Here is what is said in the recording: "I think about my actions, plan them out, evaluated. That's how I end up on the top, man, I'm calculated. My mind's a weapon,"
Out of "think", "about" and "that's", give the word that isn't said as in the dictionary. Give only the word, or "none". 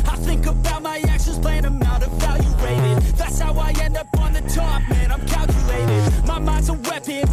none